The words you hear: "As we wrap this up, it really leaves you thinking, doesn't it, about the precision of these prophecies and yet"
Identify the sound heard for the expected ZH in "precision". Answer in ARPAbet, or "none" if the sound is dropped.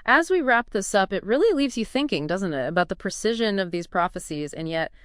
ZH